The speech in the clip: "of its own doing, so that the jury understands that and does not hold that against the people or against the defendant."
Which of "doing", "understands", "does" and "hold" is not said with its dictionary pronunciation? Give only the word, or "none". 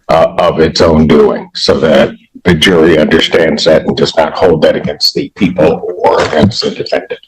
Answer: does